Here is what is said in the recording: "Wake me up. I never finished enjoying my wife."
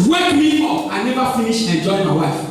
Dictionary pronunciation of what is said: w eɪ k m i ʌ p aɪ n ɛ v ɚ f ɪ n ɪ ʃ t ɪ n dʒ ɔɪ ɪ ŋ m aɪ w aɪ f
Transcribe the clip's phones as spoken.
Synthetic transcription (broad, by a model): w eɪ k m i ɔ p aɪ n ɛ v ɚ f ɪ n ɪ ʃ ɪ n dʒ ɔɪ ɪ m aɪ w aɪ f